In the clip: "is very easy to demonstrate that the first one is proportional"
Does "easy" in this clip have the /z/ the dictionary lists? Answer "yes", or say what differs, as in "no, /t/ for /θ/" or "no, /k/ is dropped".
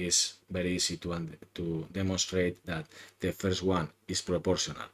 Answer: no, /s/ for /z/